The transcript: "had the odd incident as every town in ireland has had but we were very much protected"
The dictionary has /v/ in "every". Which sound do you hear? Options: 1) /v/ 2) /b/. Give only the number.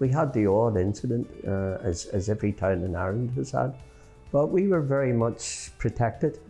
1